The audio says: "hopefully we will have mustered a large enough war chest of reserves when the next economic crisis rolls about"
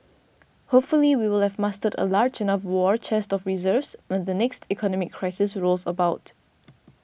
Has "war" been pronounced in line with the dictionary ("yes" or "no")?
yes